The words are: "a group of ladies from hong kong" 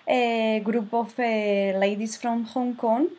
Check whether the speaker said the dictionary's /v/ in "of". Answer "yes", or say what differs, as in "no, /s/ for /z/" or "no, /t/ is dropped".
no, /f/ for /v/